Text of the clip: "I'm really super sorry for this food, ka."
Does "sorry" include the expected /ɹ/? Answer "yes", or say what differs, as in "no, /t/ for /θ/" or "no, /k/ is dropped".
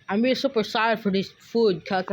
no, /ɹ/ is dropped